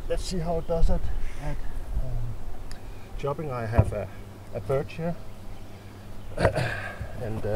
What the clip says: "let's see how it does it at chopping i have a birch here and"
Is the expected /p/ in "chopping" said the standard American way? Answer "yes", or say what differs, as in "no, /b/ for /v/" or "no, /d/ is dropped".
no, /b/ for /p/